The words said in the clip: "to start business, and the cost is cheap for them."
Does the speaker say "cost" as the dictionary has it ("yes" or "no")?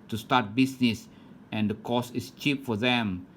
no